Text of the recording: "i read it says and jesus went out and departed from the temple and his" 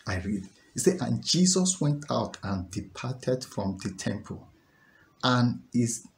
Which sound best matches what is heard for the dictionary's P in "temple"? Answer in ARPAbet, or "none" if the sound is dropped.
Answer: P